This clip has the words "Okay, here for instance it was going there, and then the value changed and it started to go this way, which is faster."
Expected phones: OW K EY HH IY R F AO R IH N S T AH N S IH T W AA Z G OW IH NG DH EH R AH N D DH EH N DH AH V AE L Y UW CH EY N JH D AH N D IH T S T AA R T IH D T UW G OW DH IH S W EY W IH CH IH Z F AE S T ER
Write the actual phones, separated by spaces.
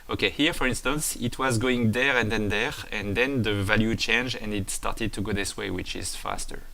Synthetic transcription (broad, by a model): OW K EY HH IY R F AO R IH N S T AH N S IH T W AA Z G OW IH NG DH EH R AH N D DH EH N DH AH V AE L Y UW CH EY N JH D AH N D IH T S T AA R T IH D T UW G OW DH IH S W EY W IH CH IH Z F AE S T ER